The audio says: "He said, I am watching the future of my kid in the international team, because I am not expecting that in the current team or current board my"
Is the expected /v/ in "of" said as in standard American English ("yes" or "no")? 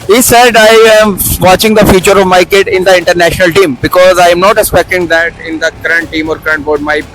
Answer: yes